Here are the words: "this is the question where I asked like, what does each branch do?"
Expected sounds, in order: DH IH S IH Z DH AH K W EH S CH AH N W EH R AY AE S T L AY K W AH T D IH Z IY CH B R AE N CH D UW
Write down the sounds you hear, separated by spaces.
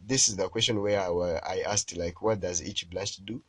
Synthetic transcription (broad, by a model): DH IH S IH Z DH AH K W EH S CH AH N W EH W AY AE S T L AY K W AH T D IH Z IY CH B L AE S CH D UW